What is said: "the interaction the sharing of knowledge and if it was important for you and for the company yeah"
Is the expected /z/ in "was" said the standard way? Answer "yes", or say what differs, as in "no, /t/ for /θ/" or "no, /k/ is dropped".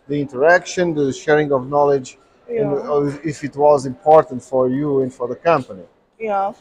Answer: yes